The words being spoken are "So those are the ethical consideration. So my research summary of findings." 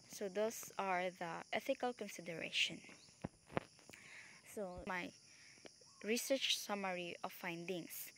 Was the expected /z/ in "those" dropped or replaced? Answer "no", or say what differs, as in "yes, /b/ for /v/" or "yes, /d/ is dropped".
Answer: yes, /s/ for /z/